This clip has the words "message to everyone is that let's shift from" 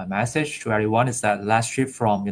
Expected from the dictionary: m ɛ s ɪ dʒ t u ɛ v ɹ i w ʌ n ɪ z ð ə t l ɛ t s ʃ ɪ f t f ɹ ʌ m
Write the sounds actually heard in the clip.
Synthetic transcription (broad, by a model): m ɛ s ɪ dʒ t u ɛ ɹ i w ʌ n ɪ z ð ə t l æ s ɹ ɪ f f ɹ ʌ m